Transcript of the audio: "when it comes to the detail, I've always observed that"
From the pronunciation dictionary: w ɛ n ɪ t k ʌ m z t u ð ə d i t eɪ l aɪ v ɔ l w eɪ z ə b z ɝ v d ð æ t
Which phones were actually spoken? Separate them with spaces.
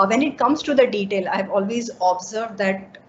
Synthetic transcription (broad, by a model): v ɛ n ɪ t k ʌ m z t u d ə d i t eɪ l aɪ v ɔ l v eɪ z ə b z ɝ v d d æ t